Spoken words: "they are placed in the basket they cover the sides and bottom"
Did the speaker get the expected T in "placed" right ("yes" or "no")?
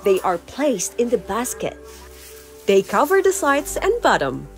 yes